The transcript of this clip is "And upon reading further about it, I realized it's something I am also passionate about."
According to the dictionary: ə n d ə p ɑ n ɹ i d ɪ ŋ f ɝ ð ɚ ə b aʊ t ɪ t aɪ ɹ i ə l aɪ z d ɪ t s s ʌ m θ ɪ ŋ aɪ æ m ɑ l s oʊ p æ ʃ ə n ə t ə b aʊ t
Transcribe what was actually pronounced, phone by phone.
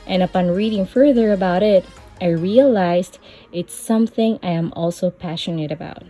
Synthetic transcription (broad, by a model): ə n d ə p ɑ n ɹ i d ɪ ŋ f ɝ ð ɚ ə b aʊ t ɪ t aɪ ɹ i ə l aɪ z d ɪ t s s ʌ m θ ɪ ŋ aɪ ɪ m ɑ l s oʊ p æ ʃ ə n ə t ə b aʊ t